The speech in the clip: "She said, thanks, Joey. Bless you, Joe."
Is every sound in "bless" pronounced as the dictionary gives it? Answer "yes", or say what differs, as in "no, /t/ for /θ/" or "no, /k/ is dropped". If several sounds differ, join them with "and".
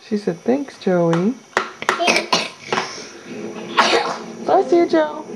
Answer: no, /l/ is dropped